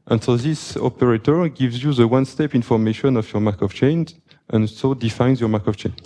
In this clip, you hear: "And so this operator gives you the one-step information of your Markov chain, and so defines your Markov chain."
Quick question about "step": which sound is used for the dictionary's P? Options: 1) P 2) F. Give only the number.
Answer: 1